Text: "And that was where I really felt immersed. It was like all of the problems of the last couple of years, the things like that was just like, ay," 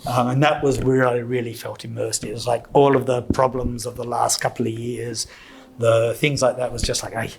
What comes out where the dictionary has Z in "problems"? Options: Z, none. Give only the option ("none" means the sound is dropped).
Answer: Z